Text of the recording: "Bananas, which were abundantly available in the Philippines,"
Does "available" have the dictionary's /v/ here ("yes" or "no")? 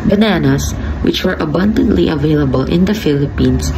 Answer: yes